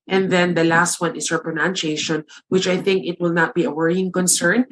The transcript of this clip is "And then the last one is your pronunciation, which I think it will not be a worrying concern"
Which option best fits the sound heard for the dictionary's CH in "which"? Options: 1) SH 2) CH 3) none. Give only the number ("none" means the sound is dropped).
2